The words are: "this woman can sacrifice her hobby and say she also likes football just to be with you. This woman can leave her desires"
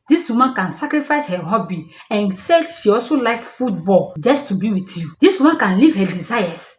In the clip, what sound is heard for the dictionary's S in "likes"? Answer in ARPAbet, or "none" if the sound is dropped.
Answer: none